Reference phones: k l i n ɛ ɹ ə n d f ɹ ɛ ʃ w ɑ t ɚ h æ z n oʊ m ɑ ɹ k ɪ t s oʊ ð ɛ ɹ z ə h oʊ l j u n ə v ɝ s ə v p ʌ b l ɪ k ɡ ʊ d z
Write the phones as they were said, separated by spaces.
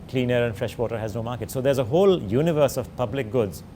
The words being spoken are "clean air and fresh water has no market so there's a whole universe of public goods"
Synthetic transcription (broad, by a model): k l i n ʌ ɹ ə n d f ɹ ɛ ʃ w ɑ t ɚ h æ z n oʊ m ɑ ɹ k ɪ t s oʊ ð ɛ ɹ z ə h oʊ l j u n ə v ɝ s ə v p ʌ b l ɪ k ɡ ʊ d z